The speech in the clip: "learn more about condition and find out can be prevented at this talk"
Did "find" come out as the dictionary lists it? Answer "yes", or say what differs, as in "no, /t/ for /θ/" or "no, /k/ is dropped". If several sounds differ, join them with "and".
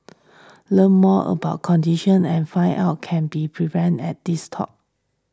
no, /d/ is dropped